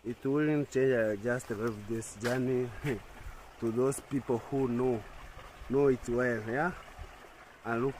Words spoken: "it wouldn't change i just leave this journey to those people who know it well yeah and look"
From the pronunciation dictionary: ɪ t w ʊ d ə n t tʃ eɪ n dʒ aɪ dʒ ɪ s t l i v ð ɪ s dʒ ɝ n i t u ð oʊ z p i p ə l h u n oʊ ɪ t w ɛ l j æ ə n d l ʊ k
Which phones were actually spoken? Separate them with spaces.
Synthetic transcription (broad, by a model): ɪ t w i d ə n tʃ eɪ n dʒ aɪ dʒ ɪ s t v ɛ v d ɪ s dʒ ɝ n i t u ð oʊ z p i p ə l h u n oʊ ɪ t w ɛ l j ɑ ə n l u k